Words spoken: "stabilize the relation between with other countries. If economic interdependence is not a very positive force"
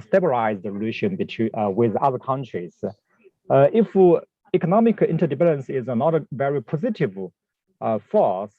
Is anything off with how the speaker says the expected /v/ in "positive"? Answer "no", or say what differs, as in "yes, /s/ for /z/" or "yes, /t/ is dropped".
no